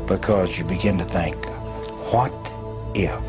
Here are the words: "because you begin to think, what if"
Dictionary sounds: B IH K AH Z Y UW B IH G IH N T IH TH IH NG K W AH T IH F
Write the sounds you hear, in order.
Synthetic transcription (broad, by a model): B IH K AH Z Y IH B IH G IH N T IH TH IH NG K W AH T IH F